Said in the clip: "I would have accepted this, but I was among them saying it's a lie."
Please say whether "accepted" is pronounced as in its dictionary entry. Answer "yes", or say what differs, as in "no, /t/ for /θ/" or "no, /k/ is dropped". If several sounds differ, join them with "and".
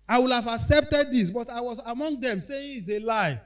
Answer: yes